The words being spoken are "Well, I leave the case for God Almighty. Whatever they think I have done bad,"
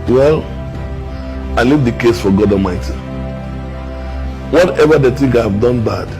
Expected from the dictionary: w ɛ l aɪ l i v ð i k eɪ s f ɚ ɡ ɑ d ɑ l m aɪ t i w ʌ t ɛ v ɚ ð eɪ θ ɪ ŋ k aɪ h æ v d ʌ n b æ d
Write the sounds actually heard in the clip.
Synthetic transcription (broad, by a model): w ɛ l aɪ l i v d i k eɪ s f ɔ ɡ ɑ d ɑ m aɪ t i w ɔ t ɛ v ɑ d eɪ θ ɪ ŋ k aɪ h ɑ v d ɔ n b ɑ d